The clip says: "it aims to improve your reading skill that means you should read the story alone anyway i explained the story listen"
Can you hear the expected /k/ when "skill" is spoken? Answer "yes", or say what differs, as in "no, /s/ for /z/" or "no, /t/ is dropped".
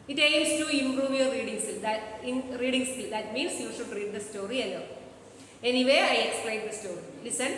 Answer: no, /k/ is dropped